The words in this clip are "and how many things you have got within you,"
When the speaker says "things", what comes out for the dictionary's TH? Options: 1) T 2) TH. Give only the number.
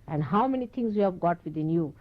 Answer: 1